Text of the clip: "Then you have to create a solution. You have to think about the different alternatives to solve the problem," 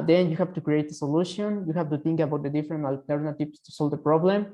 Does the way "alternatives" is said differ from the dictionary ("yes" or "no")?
yes